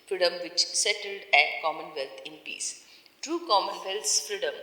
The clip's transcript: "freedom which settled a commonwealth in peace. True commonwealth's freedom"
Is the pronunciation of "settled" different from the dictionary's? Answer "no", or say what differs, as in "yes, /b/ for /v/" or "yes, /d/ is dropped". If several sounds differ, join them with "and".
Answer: no